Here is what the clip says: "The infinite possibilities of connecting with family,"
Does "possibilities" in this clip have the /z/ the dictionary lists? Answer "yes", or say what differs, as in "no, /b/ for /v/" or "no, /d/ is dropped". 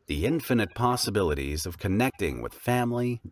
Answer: yes